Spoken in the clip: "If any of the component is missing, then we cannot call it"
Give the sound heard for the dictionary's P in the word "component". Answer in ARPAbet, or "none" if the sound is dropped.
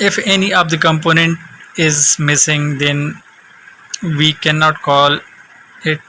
P